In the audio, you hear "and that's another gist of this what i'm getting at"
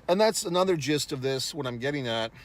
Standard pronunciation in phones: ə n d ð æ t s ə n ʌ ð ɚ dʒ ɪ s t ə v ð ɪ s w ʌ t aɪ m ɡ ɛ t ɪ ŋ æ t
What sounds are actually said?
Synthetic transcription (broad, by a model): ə n ð æ t s ə n ʌ ð ɚ dʒ ɪ s t ə v ð ɪ s w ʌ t aɪ m ɡ ɛ t ɪ ŋ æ t